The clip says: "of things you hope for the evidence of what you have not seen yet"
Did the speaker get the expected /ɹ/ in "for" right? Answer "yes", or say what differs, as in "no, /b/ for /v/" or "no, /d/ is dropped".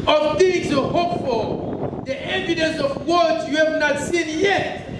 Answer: no, /l/ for /ɹ/